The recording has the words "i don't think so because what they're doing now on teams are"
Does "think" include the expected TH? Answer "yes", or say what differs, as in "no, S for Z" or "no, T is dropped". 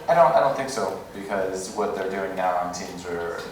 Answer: yes